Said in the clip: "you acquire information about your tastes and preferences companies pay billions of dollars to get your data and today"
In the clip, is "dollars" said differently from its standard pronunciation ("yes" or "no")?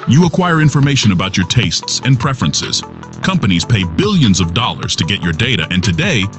no